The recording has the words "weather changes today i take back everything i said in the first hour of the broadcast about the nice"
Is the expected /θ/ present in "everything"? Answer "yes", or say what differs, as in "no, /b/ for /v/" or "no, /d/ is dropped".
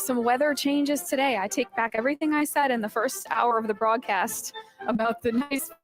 yes